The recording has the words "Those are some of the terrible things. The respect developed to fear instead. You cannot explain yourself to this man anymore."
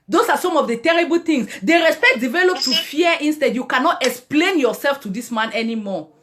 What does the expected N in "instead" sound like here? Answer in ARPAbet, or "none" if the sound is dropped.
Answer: N